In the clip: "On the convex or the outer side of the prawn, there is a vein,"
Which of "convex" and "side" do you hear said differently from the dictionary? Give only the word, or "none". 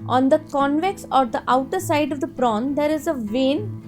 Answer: none